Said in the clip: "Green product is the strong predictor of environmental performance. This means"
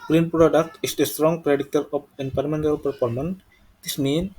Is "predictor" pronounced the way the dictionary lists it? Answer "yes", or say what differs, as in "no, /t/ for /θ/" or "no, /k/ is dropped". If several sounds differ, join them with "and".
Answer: no, /k/ is dropped